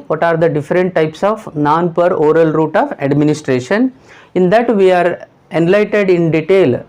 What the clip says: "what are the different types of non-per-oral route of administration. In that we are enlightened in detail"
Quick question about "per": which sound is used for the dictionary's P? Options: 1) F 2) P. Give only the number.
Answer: 2